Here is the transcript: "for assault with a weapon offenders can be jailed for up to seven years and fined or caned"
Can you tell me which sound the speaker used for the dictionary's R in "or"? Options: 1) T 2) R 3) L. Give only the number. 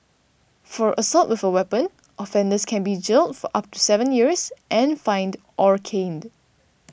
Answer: 2